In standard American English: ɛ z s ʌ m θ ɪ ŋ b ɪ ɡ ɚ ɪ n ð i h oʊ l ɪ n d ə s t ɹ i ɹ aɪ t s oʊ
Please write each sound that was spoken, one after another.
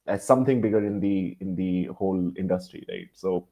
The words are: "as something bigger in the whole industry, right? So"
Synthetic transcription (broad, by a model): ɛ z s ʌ m t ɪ ŋ b ɪ ɡ ɚ ɪ n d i h oʊ l ɪ n d ə s t ɹ i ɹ aɪ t s oʊ